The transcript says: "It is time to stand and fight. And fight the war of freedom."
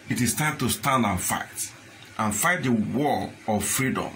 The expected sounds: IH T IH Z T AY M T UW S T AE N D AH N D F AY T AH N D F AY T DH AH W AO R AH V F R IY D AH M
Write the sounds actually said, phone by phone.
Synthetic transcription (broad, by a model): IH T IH S T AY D T UW S T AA N D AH N F AY T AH N F AY T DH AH W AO L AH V F R IY D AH M